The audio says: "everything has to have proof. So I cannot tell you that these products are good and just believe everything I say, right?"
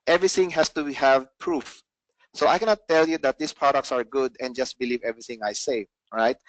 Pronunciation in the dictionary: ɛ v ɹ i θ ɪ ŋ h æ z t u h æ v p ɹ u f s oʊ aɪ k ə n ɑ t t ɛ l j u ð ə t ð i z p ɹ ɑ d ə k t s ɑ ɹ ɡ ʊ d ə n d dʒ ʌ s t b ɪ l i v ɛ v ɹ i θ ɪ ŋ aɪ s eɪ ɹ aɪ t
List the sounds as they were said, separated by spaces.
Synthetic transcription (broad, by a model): ɛ v ɹ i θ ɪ ŋ h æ s t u h æ v p ɹ u f s oʊ aɪ k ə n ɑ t t ɛ l j u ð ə t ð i s p ɹ ɑ d ə k t s ɑ ɹ ɡ ʊ d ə n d dʒ ʌ s t b ɪ l i v ɛ v ɹ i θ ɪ ŋ aɪ s eɪ ɹ aɪ t